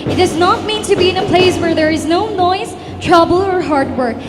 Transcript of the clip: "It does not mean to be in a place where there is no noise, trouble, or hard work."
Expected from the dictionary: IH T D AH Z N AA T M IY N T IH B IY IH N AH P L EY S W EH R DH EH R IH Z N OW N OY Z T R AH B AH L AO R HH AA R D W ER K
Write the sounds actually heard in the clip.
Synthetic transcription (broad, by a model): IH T D AH Z N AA T M IY N T IH B IY IH N AH P L EY S W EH R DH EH R IH Z N OW N OY Z T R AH B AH L AO R HH AA R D W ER K